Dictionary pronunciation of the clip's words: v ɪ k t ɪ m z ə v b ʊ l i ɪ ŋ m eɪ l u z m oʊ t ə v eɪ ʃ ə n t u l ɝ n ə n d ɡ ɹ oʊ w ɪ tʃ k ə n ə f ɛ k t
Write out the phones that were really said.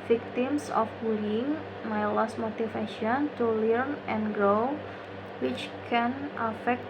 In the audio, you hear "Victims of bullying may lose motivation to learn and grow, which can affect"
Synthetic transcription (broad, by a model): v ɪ k t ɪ m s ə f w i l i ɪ ŋ m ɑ l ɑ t m oʊ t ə f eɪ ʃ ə n t u l ɝ n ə n ɡ ɹ oʊ w ɪ tʃ k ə n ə f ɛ k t